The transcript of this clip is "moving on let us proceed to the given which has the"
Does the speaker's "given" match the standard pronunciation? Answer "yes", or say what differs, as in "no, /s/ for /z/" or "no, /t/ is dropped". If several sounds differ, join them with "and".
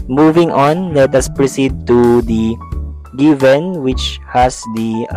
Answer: yes